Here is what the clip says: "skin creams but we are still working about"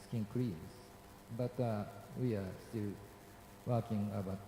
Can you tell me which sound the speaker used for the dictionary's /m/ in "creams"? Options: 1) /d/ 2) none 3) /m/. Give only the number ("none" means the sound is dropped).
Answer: 2